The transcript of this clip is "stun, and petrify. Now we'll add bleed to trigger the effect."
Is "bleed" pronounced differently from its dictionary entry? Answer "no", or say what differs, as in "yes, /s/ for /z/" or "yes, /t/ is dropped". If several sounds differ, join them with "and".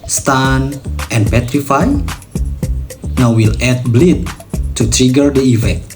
no